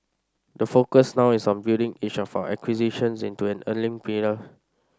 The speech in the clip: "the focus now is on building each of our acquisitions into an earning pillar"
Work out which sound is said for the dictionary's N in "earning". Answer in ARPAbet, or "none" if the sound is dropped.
L